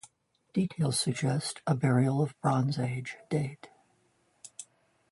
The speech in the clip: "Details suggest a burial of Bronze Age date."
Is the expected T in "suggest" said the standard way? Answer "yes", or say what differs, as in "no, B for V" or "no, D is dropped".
yes